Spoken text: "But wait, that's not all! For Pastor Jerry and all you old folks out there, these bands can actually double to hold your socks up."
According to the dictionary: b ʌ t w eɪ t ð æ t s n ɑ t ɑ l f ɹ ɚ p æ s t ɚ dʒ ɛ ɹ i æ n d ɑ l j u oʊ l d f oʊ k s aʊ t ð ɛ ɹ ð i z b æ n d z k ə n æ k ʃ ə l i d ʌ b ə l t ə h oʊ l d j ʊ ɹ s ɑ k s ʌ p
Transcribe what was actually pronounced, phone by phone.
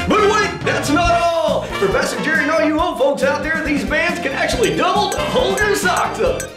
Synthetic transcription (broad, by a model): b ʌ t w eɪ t ð æ t s n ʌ t ɑ l p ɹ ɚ f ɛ s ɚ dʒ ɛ ɹ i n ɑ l j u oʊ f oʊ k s aʊ t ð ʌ ɹ ð i z b æ n d z k ə n æ k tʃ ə l i d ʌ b l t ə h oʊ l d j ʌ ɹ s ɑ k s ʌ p